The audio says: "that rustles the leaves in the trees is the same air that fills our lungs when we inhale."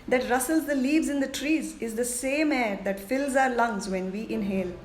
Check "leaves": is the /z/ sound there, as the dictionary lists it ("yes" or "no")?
yes